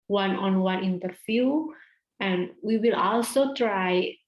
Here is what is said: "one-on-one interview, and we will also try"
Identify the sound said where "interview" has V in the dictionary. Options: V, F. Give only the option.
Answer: F